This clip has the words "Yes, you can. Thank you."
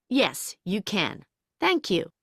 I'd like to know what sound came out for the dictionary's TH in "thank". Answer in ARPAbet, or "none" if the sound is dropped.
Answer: TH